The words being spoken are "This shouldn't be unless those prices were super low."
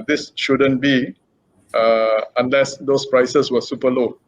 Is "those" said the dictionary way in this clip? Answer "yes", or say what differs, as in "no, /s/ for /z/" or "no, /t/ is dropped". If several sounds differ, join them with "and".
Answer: no, /s/ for /z/